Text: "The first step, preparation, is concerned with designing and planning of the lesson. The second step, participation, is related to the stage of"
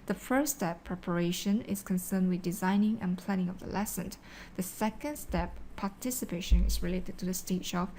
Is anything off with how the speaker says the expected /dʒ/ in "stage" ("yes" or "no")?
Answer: yes